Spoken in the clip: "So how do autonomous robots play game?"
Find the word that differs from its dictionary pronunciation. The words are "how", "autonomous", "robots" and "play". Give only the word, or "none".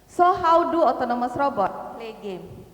robots